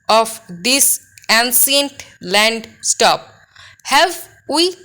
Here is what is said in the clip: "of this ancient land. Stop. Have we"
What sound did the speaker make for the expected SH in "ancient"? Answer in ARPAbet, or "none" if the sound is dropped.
S